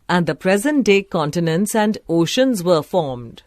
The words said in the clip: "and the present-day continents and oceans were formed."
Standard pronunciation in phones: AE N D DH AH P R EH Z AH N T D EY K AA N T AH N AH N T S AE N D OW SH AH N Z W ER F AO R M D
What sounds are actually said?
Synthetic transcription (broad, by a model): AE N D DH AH P R EH Z AH N T D EY K AA N T AH N AH N T S AE N D OW SH AH N Z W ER F AO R M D